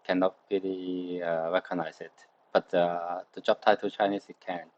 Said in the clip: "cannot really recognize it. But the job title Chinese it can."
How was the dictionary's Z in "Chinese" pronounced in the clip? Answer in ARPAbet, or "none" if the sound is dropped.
S